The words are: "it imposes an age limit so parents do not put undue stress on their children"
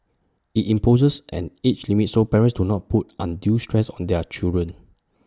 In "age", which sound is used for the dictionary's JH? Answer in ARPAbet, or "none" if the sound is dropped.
CH